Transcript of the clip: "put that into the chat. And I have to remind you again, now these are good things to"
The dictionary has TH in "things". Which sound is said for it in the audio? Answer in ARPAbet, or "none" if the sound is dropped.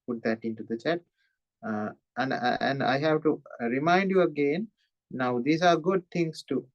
T